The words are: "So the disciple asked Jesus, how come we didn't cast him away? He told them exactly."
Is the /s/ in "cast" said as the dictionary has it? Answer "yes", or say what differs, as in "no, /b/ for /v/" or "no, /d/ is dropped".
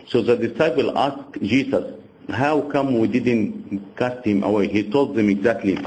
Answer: yes